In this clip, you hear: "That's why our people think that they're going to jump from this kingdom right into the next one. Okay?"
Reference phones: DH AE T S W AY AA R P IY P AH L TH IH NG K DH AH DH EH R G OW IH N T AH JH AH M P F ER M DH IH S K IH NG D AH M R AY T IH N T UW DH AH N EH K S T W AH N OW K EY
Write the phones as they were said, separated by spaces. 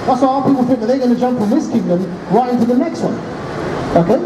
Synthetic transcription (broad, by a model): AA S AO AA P IY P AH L F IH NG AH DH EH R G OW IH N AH JH AH M P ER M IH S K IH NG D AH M R AY T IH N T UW DH AH N EH K S T W AH N OW K EY